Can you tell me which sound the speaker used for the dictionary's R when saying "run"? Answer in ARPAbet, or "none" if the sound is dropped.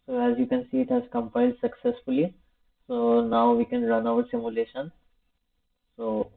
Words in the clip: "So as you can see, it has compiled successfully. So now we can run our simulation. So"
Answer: R